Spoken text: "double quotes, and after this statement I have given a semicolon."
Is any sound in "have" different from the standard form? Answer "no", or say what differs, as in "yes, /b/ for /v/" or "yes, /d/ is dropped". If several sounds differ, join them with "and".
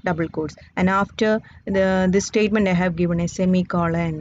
no